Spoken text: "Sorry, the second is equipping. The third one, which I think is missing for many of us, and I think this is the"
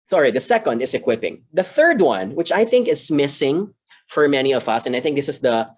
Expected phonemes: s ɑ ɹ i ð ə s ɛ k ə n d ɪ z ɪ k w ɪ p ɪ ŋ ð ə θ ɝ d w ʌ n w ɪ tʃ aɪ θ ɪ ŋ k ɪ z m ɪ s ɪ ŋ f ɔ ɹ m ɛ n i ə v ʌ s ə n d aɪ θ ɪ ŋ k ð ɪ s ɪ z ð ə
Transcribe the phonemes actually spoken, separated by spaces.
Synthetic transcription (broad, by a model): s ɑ ɹ i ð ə s ɛ k ə n d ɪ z ɪ k w ɪ p ɪ ŋ ð ə θ ɝ d w ʌ n w ɪ tʃ aɪ θ ɪ ŋ k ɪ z m ɪ s ɪ ŋ f ɔ ɹ m ɛ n i ə v ʌ s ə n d aɪ θ ɪ ŋ k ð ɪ s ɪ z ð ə